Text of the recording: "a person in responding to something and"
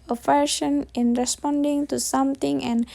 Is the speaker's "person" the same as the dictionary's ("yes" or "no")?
no